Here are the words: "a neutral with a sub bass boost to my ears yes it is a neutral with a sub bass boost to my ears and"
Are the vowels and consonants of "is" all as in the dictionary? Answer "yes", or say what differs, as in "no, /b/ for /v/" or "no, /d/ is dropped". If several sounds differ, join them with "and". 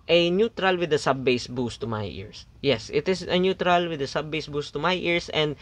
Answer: no, /s/ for /z/